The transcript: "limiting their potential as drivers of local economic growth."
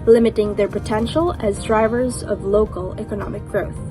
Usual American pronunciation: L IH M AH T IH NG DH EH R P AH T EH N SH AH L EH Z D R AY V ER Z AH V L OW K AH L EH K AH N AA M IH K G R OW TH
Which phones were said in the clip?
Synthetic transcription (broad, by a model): L IH M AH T IH NG DH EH R P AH T EH N SH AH L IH Z D R AY V ER Z AH V L OW K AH L EH K AH N AA M IH K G R OW TH